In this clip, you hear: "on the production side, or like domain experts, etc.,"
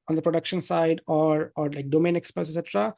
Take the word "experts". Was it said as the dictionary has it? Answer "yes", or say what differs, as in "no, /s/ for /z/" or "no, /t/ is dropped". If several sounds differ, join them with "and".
no, /s/ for /t/